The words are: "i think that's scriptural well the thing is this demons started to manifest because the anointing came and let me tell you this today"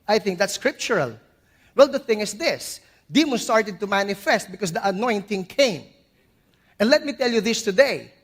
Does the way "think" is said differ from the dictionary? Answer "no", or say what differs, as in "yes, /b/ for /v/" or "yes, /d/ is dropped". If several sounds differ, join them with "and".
no